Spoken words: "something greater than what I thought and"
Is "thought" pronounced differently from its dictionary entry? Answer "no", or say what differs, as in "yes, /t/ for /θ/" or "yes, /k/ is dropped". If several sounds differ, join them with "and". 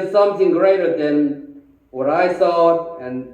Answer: yes, /s/ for /θ/ and /t/ is dropped